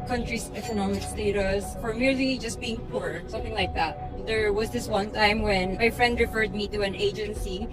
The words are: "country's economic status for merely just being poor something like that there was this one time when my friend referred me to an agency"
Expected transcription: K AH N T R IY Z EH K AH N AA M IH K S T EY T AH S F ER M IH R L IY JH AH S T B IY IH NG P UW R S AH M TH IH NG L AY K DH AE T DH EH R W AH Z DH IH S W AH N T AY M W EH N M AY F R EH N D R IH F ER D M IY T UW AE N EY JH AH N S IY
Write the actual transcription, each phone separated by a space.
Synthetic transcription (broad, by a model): K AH N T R IY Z EH K AH N AA M IH K S T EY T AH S F ER M IH R L IY JH AH S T B IY IH NG P UW R S AH M TH IH NG L AY K DH AE T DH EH R W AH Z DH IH S W AH N T AY M W EH N M AY F R EH N D R IH F ER D M IY T UW AE N EY JH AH N S IY